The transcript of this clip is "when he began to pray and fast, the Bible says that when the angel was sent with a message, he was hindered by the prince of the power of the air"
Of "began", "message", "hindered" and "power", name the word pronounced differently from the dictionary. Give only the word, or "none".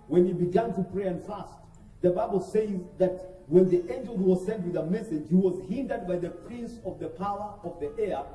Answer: none